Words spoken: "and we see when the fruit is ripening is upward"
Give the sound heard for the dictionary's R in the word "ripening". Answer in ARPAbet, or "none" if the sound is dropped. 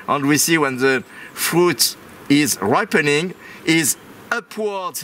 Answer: R